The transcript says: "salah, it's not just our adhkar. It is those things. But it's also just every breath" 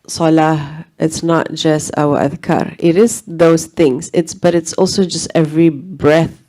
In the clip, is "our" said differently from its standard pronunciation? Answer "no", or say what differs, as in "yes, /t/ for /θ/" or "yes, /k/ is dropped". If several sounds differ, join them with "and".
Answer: yes, /w/ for /ɹ/